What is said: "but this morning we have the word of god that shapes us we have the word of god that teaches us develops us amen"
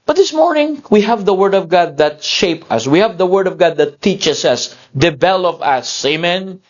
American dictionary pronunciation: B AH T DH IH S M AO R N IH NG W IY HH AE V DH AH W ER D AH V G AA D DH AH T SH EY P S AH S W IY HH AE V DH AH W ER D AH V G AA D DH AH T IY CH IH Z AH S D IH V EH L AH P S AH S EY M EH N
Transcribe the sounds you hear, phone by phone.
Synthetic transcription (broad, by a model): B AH T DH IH S M AO R N IH NG W IY HH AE V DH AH W ER D AH V G AA D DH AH T SH EY P AH S W IY HH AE V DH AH W ER D AH V G AA D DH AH T IY CH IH S AH S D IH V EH L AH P AH S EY M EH N